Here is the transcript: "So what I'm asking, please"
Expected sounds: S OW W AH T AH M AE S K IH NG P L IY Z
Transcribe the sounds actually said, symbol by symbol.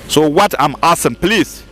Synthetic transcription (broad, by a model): S OW W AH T AH M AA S IH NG P L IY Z